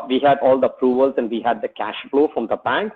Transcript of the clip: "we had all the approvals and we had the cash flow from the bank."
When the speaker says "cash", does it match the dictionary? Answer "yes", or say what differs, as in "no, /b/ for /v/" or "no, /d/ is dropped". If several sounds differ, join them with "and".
yes